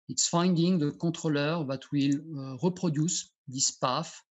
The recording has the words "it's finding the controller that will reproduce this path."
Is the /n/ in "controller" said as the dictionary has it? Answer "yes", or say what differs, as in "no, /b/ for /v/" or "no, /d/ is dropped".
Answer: no, /n/ is dropped